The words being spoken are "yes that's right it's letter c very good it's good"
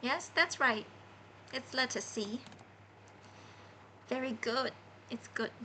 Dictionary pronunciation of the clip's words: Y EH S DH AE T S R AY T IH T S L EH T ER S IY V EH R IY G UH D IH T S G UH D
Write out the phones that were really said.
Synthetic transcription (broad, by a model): Y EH S DH AE T S R AY T IH T S L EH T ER S IY V EH R IY G UH D IH T S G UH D